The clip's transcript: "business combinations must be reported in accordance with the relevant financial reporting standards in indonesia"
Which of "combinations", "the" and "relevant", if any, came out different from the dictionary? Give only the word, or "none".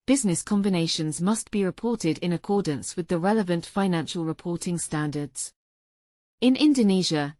none